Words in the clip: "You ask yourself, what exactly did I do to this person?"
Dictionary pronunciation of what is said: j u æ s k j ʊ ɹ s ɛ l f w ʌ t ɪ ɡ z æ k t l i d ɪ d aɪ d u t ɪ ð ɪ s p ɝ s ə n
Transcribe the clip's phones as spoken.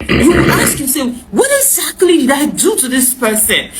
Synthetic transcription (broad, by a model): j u æ s k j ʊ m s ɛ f w ʌ t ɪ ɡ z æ k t l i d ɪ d aɪ d u t ɪ ð ɪ s p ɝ s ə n